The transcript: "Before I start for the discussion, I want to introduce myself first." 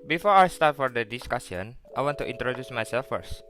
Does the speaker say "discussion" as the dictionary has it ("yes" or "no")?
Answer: no